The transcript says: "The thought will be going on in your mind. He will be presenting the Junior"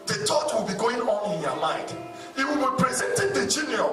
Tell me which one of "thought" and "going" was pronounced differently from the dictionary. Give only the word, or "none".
thought